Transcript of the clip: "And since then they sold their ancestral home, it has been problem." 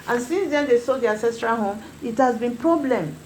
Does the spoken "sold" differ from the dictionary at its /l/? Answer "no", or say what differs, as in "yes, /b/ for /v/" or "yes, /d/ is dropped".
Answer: yes, /l/ is dropped